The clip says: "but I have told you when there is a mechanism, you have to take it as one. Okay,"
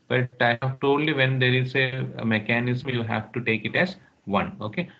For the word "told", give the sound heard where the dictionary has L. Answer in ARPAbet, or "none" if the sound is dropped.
none